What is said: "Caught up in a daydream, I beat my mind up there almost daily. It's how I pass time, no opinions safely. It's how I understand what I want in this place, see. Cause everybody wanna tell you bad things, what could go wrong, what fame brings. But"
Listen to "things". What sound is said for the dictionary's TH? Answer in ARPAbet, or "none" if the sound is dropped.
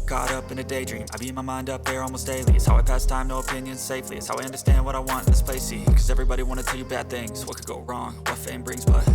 TH